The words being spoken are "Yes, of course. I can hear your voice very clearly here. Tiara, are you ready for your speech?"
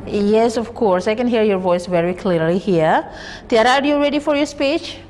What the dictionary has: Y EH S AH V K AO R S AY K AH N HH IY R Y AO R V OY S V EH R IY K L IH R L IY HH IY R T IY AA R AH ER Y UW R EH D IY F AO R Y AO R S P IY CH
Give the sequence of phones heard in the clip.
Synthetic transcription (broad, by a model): Y EH S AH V K AO R S AY K AH N HH IY R Y AO R V OY S V EH R IY K L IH R L IY HH IY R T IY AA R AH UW Y UW R EH D IY F AO R Y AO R S P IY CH